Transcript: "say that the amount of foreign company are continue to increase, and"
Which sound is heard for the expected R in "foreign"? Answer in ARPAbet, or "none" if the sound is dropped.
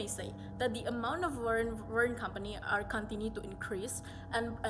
W